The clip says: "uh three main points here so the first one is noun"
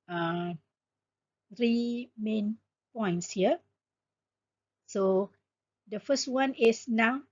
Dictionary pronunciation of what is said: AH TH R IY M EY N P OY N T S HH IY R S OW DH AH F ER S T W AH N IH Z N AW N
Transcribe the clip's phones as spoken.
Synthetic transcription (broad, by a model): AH R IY M EY N P OY N T S HH IY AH S OW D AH F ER S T W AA N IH S N AW